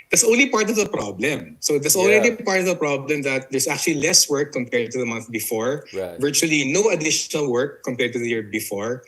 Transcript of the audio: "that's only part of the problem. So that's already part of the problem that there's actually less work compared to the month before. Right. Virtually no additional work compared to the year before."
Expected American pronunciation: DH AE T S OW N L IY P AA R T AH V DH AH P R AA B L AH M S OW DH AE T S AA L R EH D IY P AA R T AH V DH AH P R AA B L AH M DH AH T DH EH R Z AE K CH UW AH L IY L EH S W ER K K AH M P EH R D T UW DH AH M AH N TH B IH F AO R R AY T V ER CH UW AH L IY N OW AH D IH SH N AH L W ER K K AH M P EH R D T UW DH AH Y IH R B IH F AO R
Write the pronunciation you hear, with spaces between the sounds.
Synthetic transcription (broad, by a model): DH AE T S OW N L IY P AA R T AH V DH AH P R AA B L AH M S OW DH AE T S AA L R EH D IY P AA R T AH V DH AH P R AA B L AH M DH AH T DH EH R S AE K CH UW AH L IY L EH S W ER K K AH M P EH R D T UW DH AH M AH N TH B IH F AO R R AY V ER CH UW AH L IY N OW AH D IH SH N AH L W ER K K AH M P EH R D T UW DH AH Y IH R B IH F AO R